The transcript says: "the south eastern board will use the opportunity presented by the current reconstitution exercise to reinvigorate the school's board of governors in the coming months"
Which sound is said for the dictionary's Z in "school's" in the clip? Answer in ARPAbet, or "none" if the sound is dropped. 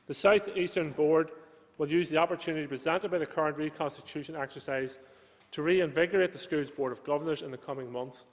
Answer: Z